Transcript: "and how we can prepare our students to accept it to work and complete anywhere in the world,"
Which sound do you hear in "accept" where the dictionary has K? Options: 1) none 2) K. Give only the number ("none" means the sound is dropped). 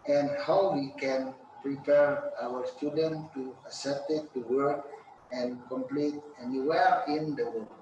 1